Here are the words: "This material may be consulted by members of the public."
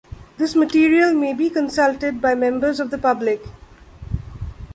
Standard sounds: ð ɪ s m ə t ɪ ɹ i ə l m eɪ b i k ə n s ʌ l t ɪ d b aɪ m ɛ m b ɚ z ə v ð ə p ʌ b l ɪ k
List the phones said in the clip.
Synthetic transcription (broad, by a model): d ɪ s m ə t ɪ ɹ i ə l m eɪ b i k ə n s ʌ l t ɪ d b aɪ m ɛ m b ɚ z ə v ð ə p ʌ b l ɪ k